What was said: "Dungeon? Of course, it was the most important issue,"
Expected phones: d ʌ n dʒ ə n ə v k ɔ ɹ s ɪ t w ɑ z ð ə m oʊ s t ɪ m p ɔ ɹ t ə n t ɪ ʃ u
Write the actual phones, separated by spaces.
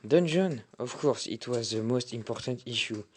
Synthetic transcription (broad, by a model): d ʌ n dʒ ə n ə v k ɔ ɹ s ɪ t w ɑ z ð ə m oʊ s t ɪ m p ɔ ɹ t ə n t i ʃ u